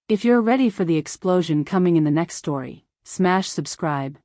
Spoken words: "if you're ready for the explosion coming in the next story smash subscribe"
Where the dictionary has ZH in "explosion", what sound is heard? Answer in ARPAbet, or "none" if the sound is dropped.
ZH